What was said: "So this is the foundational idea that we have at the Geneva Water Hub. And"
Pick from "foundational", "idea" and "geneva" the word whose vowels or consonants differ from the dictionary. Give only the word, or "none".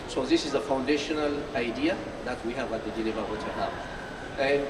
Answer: geneva